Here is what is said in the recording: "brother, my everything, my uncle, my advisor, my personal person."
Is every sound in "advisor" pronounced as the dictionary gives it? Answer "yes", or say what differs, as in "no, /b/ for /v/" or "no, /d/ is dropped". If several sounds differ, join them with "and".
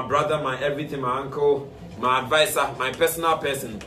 no, /s/ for /z/